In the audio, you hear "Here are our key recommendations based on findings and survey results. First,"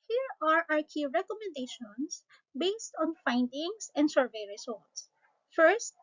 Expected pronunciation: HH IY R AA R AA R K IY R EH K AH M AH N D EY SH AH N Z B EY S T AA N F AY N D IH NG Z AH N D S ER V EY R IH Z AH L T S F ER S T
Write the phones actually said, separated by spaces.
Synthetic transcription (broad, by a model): HH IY R AA R AA R K IY R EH K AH M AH N D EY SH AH N S B EY S T AA N F AY N D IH NG S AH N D S ER V EY R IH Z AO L T S F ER S T